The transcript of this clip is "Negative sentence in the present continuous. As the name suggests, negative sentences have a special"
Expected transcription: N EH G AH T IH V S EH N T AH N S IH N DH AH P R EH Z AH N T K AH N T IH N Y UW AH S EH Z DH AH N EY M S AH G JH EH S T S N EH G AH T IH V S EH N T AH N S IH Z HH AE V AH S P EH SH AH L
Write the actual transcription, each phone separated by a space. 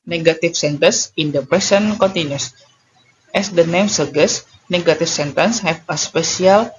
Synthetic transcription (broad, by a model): N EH G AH T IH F S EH N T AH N S IH N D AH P R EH S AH N K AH N T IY N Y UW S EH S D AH N EY M S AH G EH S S N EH G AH T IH F S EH N T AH N S HH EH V AH S P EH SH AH L